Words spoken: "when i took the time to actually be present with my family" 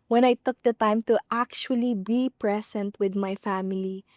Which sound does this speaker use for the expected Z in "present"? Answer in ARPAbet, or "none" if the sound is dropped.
S